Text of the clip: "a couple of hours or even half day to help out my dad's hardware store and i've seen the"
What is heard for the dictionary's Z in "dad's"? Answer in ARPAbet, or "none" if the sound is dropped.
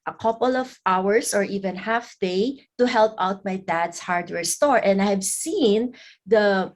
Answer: S